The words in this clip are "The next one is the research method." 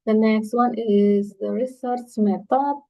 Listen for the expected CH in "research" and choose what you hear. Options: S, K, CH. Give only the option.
S